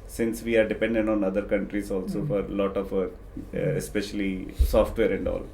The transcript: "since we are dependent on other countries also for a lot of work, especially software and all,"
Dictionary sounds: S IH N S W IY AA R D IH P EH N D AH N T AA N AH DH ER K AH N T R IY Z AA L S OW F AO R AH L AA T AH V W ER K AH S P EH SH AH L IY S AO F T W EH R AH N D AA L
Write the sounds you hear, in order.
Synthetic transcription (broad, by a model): S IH N S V IY AA R D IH P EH N D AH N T AA N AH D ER K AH N T R IY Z AA L S OW F AO R L AA T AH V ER AH S P EH SH AH L IY S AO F T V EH R AH N D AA L